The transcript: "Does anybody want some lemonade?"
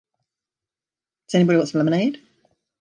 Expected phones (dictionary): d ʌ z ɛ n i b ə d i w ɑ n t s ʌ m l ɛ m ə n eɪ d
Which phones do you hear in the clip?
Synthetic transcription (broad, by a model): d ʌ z ɛ n i b ə d i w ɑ t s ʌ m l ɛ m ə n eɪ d